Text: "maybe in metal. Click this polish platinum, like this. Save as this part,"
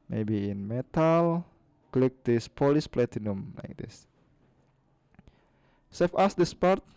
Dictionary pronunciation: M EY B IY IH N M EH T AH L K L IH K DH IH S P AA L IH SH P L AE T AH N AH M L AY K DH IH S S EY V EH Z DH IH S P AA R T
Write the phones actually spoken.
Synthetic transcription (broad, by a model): M EY B IY IH N M EH T AH L K L IH K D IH S P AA L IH S P L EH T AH N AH M L AY K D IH S S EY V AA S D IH S P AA R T